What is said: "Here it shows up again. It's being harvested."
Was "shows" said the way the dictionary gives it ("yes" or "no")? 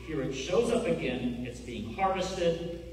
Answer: yes